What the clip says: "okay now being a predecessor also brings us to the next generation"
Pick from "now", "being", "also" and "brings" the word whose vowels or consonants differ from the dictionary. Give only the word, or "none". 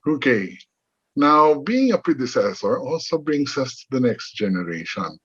brings